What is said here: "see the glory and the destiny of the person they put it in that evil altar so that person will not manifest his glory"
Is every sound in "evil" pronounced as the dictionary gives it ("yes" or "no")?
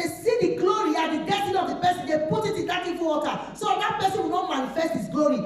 no